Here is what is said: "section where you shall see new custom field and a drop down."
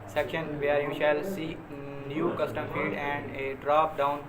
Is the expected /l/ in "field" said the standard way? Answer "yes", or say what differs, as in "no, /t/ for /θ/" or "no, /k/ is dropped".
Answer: no, /l/ is dropped